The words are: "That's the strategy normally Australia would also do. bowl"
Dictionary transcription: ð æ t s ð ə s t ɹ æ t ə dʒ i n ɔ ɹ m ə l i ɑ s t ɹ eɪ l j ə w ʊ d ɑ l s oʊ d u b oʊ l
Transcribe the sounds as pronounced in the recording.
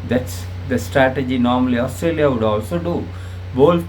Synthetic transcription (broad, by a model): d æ t s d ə s t ɹ æ t ə dʒ i n ɔ ɹ m ə l i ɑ s t ɹ eɪ l j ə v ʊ d ɑ l s oʊ d u b oʊ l